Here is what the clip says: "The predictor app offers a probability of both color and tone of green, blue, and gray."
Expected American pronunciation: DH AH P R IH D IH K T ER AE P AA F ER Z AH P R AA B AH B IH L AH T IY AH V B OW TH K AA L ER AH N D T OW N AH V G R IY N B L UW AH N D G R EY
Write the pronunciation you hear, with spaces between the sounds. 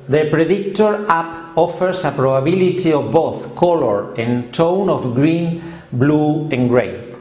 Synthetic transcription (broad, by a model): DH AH P R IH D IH K T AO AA P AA F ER S AH P R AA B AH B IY L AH T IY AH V B OW TH K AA L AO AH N T OW N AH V G R IY N B L UW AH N G R EY